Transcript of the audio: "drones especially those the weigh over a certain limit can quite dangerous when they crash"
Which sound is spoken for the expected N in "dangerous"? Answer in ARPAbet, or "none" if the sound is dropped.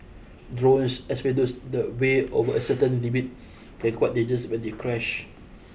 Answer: none